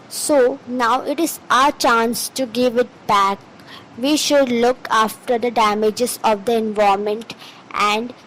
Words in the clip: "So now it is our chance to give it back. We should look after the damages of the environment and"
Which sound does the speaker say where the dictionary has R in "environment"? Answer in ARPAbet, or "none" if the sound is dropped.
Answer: none